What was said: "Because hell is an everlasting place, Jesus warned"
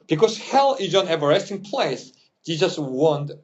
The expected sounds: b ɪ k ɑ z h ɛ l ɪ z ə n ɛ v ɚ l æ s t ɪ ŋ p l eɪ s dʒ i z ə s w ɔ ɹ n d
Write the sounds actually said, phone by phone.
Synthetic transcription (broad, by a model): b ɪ k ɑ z h ɛ l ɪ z ə n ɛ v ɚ ɛ s t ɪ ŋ p l eɪ s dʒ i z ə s w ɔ n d